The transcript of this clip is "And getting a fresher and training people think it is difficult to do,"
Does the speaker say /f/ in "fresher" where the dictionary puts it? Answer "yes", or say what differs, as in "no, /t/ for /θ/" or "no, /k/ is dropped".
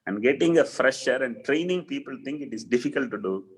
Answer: yes